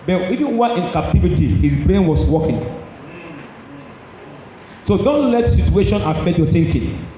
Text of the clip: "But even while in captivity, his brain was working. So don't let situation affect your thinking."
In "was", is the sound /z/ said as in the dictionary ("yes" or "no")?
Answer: no